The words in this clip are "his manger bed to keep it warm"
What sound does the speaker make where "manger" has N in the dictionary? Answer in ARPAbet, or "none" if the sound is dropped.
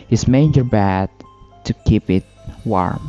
none